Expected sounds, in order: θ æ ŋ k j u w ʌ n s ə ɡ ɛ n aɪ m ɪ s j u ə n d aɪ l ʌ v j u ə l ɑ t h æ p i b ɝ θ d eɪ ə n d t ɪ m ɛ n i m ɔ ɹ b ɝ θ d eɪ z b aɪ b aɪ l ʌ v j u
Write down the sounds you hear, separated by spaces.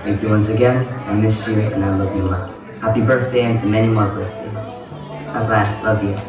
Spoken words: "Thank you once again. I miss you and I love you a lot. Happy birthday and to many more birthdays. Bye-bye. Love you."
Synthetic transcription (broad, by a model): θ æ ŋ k j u w ʌ n s ə ɡ ɛ n aɪ m ɪ s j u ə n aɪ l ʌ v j ə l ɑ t h æ p i b ɝ θ d eɪ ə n t ɪ m ɛ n i m ɔ ɹ b ɝ θ d eɪ z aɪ b aɪ l ʌ v j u